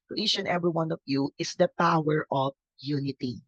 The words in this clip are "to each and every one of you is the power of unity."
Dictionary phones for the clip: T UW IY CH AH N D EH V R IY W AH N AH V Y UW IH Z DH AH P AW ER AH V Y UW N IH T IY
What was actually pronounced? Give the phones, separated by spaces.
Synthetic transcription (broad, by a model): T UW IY SH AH N EH V R IY W AH N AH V Y UW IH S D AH P AW ER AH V Y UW N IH T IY